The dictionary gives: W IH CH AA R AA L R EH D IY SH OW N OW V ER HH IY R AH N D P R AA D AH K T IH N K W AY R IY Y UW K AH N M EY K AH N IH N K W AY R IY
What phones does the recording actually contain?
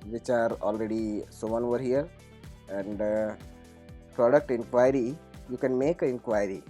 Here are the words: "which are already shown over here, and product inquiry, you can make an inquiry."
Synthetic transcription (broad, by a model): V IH CH AA R AA L R EH D IY S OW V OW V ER HH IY R AH N D P R AA D AH K T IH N K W AY R IY Y UW K AH N M EY K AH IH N K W AY R IY